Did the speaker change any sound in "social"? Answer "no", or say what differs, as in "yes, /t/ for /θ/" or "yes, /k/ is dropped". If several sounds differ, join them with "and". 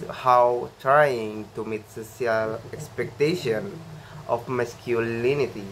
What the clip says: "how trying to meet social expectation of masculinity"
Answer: yes, /s/ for /ʃ/